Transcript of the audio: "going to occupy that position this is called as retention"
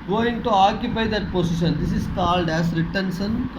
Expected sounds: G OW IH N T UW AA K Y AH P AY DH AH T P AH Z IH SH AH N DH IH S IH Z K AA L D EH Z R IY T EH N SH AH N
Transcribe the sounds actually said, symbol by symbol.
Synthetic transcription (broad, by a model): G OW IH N T UW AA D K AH B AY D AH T P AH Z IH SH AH N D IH S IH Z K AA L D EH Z R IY T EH N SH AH N